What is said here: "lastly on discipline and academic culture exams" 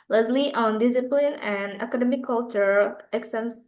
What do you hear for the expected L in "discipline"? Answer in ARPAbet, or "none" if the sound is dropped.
L